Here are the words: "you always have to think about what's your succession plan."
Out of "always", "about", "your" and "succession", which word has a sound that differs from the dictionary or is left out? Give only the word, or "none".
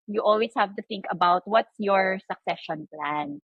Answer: always